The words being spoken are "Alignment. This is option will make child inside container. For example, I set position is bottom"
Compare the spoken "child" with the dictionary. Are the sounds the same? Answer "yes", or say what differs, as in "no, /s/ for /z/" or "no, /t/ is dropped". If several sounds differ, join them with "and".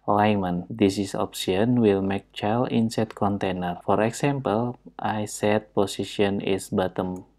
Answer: no, /d/ is dropped